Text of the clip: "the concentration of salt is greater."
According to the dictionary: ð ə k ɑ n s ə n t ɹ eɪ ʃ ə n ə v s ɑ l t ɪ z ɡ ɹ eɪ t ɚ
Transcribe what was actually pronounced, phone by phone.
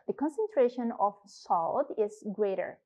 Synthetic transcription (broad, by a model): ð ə k ɑ n s ə n t ɹ eɪ ʃ ə n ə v s ɑ l t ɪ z ɡ ɹ eɪ t ɚ